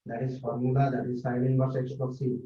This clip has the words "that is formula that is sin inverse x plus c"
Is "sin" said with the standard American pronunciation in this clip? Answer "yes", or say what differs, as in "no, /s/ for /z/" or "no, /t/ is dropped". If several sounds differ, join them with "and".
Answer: no, /l/ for /n/